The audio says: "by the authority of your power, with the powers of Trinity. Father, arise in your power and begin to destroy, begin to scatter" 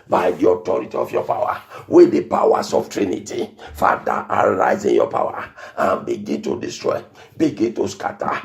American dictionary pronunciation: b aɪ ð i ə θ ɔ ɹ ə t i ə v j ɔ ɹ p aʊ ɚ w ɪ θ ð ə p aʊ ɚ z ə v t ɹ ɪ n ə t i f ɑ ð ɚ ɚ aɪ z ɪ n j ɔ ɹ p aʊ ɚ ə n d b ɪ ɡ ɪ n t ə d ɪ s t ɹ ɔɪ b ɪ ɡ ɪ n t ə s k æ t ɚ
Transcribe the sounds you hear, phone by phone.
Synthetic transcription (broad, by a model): b aɪ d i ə t ɔ ɹ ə t i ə f j ɔ p aʊ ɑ w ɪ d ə p aʊ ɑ s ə f t ɹ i n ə t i f ɑ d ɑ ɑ aɪ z ɪ n j ɔ p aʊ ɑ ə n b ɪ ɡ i n t ə d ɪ s t ɹ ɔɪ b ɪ ɡ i n t ə s k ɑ t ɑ